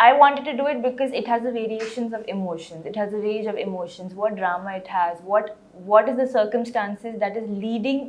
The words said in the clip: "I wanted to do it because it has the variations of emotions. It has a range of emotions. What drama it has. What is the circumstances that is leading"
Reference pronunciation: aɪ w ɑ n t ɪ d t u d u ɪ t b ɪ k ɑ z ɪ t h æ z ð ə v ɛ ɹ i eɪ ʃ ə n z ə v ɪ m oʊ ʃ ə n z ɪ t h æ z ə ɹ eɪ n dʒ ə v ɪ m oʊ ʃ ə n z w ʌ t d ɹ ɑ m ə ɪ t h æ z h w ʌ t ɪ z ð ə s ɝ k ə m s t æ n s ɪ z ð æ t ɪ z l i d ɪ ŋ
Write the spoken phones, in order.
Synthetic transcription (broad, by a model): aɪ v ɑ n t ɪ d t u d u ɪ t b ɪ k ɑ z ɪ t h æ z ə v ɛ ɹ i eɪ ʃ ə n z ə v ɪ m oʊ ʃ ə n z ɪ t h æ z ə ɹ eɪ dʒ ə v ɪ m oʊ ʃ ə n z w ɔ t d ɹ ɑ m ə ɪ t h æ z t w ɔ t ɪ z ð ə s ɝ k ə m s t æ n s ɪ z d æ t ɪ z l i d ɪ ŋ